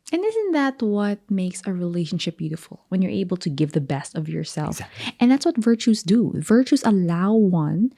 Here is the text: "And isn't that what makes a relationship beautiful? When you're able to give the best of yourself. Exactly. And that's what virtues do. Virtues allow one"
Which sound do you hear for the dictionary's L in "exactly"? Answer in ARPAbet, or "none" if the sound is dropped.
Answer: none